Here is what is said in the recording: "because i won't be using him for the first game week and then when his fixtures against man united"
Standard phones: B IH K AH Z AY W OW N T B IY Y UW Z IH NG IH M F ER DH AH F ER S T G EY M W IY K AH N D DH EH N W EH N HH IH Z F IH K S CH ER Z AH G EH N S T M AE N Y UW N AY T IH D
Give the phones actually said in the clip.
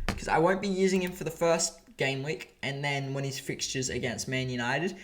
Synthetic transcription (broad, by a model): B K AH Z AY W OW N B IY Y UW Z IH NG IH M F ER DH AH F ER S T G EY M W IY K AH N DH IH N W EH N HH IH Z F IH K S CH ER Z AH G EH N S T M AE N Y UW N AY T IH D